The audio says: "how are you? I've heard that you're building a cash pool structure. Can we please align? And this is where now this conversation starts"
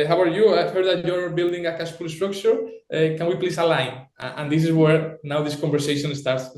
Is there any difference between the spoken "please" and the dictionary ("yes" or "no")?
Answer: yes